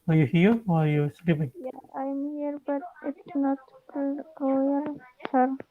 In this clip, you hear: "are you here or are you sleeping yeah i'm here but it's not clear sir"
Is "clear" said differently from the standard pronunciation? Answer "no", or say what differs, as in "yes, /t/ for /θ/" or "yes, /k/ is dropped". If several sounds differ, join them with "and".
yes, /l/ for /ɹ/